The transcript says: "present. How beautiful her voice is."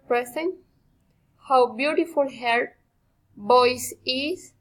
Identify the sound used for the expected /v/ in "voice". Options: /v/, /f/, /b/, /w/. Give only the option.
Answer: /b/